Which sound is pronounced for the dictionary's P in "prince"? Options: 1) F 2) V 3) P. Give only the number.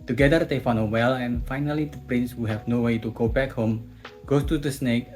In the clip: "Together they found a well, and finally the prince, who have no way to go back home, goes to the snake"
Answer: 3